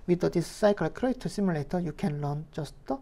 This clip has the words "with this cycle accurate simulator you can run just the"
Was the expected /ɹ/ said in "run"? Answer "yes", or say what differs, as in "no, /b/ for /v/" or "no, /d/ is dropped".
no, /l/ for /ɹ/